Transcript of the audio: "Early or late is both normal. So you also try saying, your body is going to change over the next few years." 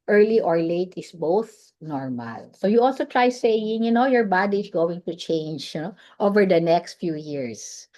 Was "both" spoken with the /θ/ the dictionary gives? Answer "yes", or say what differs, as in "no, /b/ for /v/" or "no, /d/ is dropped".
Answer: yes